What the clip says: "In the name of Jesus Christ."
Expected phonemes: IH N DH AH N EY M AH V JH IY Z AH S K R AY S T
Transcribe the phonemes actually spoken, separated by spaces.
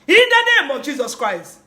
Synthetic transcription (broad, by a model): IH N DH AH N EY M AH V JH IY Z AH S K R AY S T